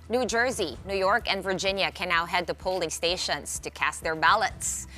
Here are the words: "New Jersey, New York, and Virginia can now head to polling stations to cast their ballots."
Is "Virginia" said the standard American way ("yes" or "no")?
yes